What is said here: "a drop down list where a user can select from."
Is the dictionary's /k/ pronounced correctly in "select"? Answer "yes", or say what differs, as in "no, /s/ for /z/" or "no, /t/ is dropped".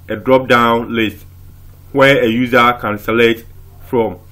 no, /k/ is dropped